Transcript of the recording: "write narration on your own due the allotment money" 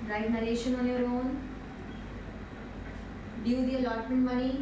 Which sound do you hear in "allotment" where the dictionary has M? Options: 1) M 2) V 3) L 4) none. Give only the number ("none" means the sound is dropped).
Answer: 4